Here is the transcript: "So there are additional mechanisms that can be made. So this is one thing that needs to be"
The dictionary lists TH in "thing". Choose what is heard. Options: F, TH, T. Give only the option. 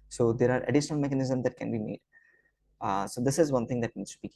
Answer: T